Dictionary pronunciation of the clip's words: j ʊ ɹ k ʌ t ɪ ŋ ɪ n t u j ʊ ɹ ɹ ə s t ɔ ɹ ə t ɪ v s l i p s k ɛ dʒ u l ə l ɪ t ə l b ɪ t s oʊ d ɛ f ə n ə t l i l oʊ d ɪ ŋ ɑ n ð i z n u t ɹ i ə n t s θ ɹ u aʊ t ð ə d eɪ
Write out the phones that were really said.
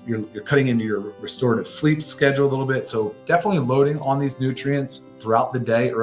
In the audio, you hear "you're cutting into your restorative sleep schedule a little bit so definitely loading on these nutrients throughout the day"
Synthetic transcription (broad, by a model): j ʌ ɹ k ʌ t ɪ ŋ ɪ n t u j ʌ ɹ ɹ ə s t ɔ ɹ ə t ɪ v s l i p s k ɛ dʒ l ə l ɪ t l b ɪ t s oʊ d ɛ f ə n ə t l i l oʊ d ɪ ŋ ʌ n ð i z n u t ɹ i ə n t s θ ɹ u aʊ t ð ə d eɪ